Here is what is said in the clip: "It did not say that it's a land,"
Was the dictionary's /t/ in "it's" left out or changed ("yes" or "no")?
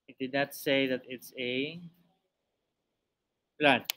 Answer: no